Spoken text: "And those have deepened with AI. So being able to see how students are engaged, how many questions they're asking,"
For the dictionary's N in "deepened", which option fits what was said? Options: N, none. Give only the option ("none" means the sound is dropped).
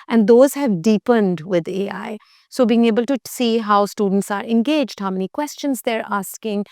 N